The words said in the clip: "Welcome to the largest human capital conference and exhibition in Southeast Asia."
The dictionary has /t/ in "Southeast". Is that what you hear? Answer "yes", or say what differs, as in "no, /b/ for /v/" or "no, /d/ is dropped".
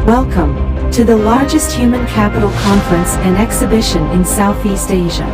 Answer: yes